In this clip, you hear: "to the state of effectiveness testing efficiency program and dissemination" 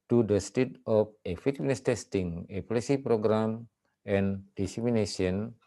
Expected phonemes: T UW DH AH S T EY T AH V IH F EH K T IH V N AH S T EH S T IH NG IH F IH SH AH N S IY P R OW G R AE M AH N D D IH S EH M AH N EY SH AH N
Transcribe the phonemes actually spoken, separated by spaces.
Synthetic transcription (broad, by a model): T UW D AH S T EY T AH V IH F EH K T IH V N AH S T EH S T IH NG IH P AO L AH S IY P R OW G R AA M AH N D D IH S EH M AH N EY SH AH N